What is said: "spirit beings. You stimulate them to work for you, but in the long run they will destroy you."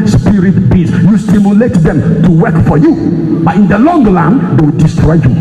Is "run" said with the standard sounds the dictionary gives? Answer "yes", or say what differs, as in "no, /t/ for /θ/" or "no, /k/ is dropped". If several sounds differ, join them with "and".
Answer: no, /l/ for /ɹ/